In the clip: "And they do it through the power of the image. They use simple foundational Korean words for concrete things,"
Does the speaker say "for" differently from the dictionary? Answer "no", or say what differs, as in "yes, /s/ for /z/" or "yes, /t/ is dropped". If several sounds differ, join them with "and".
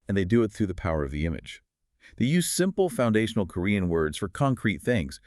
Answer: no